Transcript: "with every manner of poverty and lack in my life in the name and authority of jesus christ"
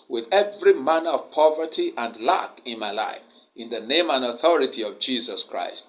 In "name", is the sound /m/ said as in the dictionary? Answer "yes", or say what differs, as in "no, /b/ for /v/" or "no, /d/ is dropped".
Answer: yes